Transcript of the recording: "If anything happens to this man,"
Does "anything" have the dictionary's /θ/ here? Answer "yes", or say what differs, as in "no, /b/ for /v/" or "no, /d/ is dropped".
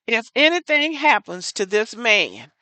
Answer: yes